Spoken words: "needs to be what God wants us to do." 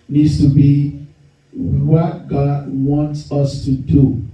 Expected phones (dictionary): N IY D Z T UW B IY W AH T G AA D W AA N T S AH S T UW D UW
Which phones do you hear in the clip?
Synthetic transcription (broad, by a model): N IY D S T UW B IY W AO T G AA D W AA N T S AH S T UW D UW